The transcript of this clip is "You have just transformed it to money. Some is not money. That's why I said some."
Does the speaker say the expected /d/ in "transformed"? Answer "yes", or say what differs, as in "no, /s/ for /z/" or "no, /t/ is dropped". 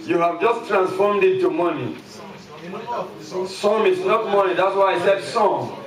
yes